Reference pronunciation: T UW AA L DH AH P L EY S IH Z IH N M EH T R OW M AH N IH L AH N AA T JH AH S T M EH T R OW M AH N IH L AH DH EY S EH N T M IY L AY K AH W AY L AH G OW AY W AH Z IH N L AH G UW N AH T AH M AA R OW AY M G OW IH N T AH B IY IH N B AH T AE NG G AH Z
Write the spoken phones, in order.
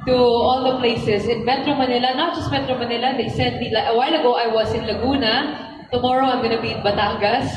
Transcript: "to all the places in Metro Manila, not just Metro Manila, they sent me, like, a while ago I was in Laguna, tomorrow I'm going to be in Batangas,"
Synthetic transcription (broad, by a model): T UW AA L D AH P L EY S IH S IH N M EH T R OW M AH N IH L AH N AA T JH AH S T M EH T R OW M AH N IH L AH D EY S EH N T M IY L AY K AH W AY L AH G OW AY W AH S IH N L AH G UW N AH T AH M AA R OW AY M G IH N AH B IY IH N B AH T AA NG G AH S